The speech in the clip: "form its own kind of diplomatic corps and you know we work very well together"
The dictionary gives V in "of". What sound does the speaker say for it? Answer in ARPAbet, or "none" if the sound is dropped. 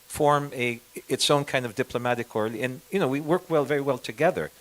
V